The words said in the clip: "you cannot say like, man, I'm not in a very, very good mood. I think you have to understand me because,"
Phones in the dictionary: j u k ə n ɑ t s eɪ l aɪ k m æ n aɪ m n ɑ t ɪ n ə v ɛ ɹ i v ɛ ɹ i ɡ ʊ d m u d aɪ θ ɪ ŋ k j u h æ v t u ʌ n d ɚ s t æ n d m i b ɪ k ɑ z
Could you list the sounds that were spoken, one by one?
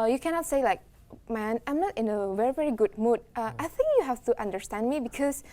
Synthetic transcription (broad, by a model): j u k ə n ɑ t s eɪ l aɪ k m æ n aɪ m n ɑ t ɪ n ə v ɛ ɹ i v ɛ ɹ i ɡ ʊ d m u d aɪ θ ɪ ŋ k j u h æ f t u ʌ n d ɚ s t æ n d m i b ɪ k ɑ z